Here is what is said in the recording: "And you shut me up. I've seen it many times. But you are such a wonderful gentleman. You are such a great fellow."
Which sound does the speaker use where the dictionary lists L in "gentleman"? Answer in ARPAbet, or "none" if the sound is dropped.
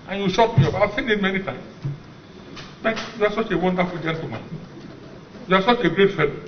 none